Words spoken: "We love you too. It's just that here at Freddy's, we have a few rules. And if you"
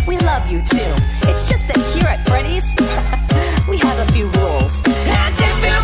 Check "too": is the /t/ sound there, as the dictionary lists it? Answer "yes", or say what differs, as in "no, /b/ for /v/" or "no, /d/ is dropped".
yes